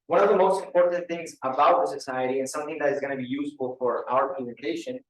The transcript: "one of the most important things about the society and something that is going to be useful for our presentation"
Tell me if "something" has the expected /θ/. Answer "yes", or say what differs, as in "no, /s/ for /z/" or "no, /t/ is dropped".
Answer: yes